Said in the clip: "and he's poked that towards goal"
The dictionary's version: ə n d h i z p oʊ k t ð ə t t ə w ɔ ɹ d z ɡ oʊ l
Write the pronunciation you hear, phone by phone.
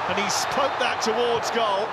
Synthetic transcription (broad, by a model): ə n i s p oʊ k ð ə t t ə w ɔ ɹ d z ɡ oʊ l